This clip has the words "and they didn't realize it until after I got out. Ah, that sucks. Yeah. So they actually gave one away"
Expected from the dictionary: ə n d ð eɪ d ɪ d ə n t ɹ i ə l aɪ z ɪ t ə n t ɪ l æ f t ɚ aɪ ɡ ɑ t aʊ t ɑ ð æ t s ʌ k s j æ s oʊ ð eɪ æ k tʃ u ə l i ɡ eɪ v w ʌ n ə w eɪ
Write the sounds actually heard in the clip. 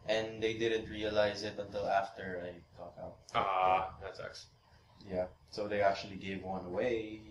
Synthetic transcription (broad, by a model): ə n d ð eɪ d ɪ d ə n t ɹ i ə l aɪ z ɪ t ə n t ɪ l æ f t ɚ aɪ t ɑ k aʊ t ɑ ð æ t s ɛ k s j æ s oʊ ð eɪ æ k tʃ u ə l i ɡ eɪ v w ʌ n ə w eɪ